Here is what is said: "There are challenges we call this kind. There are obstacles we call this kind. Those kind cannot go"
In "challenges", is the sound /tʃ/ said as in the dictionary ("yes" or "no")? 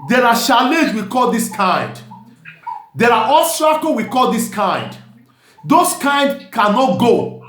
no